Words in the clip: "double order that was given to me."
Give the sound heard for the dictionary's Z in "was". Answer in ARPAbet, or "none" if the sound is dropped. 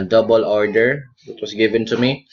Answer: S